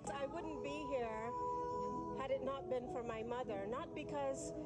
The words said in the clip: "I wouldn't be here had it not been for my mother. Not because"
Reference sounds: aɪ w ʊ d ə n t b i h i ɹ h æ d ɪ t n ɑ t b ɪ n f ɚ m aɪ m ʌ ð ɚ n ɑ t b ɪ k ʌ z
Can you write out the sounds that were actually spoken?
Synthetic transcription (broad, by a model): aɪ w ʊ d n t b i h i ɹ h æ d ɪ t n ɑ t b ɪ n f ɚ m aɪ m ʌ ð ɚ n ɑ t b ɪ k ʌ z